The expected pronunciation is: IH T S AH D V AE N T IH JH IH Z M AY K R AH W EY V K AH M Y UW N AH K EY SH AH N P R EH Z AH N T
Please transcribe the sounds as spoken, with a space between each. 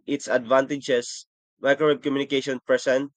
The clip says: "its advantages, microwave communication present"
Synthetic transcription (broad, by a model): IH T S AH D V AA N T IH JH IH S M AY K AH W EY B K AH M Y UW N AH K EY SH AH N P R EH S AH N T